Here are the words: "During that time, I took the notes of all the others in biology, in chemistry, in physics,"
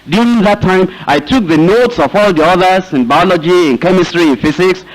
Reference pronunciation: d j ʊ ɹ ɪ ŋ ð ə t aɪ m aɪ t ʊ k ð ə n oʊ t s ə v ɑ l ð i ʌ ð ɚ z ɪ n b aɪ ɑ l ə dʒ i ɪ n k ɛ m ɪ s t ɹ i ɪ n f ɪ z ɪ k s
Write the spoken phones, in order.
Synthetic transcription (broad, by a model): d j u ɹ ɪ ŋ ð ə t aɪ m aɪ t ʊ k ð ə n oʊ t s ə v ɑ l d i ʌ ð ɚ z ɪ n b aɪ ɑ l ə dʒ i ɪ n k ɛ m ɪ s t ɹ i ɪ n f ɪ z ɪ k s